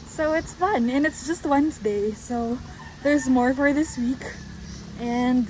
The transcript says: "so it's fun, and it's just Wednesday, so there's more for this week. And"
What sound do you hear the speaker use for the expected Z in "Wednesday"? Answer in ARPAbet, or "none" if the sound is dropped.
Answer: Z